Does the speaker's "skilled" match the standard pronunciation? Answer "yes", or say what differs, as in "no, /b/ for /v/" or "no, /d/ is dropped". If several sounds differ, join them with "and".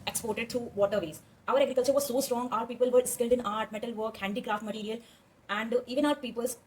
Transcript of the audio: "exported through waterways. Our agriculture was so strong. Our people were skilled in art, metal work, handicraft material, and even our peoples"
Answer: yes